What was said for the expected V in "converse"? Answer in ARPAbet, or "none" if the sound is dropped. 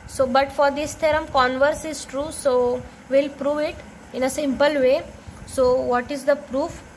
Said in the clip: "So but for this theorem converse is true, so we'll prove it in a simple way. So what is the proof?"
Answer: V